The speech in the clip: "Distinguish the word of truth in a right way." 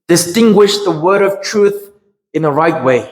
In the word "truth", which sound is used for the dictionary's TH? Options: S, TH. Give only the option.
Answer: TH